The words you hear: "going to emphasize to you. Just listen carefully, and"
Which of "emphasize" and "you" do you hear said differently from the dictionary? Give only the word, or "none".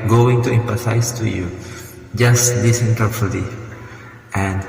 emphasize